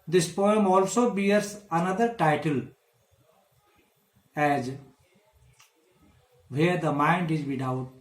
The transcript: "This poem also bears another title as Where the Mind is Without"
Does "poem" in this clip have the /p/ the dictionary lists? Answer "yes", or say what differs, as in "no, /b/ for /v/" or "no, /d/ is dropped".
yes